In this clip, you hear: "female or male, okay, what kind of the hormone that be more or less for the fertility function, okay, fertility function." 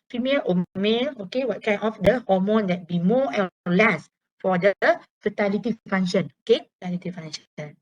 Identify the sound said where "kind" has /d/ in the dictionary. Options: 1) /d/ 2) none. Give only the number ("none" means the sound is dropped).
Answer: 2